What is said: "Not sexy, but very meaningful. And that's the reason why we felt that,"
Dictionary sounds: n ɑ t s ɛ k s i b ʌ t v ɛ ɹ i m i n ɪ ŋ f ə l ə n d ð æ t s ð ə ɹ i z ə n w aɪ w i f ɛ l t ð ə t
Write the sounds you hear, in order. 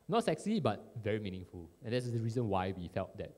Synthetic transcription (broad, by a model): n ɑ t s ɛ k s i b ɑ t v ɛ ɹ i m i n ɪ ŋ f ə l ə n d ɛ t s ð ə ɹ i z ə n w aɪ w i f ɛ l t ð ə t